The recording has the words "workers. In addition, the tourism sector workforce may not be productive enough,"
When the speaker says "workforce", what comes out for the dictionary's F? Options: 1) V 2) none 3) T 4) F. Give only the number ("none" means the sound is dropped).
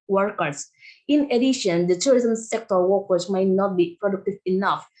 2